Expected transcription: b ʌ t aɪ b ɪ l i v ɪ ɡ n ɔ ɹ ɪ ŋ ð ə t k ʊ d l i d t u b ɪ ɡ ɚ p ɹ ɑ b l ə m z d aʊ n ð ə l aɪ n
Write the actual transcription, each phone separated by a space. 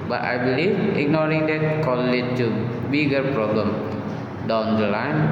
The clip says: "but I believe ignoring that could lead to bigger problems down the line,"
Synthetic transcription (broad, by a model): b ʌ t aɪ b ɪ l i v ɪ ɡ n ɔ ɹ ɪ ŋ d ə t k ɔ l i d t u b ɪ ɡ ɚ p ɹ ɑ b l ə m d aʊ n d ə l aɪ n